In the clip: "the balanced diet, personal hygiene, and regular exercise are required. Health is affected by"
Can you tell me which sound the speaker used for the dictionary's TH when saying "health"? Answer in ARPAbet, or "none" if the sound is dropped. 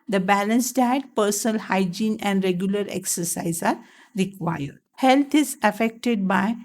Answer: T